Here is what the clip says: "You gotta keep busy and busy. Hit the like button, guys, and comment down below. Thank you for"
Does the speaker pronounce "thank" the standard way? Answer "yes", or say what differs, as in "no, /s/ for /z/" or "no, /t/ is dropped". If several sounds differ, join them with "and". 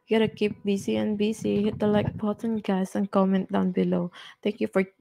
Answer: no, /t/ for /θ/